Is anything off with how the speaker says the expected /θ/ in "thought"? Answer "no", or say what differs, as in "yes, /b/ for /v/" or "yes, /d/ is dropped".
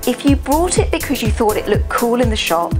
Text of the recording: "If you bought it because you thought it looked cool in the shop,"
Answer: no